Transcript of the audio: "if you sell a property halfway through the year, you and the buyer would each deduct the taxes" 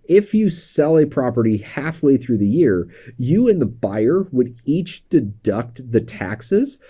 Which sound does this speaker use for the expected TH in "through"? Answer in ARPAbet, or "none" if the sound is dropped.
TH